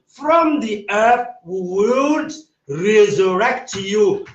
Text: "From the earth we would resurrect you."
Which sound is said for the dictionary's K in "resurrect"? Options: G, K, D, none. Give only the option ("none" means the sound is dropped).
K